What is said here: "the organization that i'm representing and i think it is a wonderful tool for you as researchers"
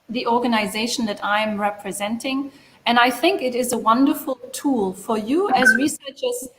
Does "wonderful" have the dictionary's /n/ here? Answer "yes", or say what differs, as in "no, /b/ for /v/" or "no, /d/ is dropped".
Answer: yes